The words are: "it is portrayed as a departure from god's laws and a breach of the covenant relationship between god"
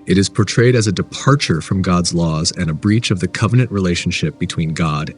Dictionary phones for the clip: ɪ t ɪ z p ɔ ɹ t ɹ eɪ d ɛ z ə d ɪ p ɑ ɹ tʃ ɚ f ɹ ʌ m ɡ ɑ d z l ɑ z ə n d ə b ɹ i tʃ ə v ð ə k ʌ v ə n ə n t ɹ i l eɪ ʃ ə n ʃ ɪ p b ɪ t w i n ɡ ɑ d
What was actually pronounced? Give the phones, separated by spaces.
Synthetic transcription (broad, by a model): ɪ t ɪ z p ɔ ɹ t ɹ eɪ d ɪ z ə d ɪ p ɑ ɹ tʃ ɚ f ɹ ʌ m ɡ ɑ d z l ɑ z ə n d ə b ɹ i tʃ ə v ð ə k ʌ v ə n ə n t ɹ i l eɪ ʃ n ʃ ɪ p b ɪ t w i n ɡ ɑ d